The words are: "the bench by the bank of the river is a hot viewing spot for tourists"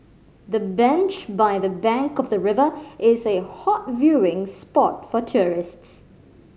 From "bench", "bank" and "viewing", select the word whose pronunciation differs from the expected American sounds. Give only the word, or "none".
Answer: none